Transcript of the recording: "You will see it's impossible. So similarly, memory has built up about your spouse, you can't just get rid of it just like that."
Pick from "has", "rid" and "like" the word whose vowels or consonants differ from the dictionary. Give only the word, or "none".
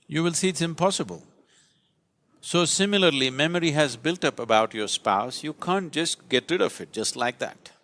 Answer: none